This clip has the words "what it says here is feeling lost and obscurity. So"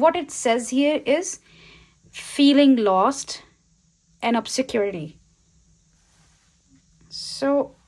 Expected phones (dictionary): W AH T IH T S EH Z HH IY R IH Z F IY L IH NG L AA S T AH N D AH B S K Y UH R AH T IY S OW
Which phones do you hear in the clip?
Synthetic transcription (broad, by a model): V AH T IH T S EH Z HH IY R IH Z F IY L IH NG L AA S T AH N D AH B S K Y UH R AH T IY S OW